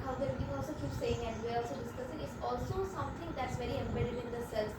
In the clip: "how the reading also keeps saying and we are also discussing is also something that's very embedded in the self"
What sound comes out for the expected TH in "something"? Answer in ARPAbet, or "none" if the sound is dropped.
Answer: T